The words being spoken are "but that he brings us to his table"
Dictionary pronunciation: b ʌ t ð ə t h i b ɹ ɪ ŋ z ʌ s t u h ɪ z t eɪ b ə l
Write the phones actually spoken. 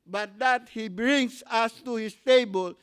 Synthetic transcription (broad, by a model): b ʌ t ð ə t h i b ɹ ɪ ŋ s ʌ s t u h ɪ s t eɪ b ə l